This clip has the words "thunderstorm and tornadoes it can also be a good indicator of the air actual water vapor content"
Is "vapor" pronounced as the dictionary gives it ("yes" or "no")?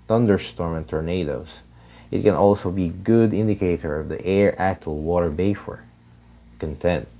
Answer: no